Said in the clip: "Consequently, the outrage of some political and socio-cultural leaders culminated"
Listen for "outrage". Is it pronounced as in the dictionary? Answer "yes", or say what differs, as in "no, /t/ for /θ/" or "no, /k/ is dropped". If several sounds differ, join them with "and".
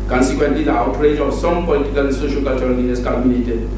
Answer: yes